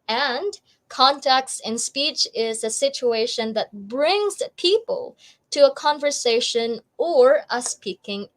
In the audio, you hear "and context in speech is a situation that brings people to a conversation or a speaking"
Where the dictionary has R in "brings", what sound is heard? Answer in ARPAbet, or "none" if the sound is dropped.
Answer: R